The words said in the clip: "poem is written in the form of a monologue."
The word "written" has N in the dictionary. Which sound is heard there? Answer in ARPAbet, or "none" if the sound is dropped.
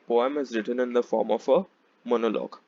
N